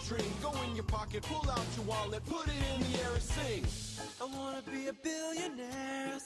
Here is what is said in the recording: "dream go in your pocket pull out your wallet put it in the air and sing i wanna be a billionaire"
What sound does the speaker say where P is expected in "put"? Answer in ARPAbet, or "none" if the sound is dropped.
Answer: P